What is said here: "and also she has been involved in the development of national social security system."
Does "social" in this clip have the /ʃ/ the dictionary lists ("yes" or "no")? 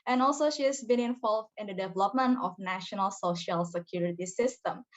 yes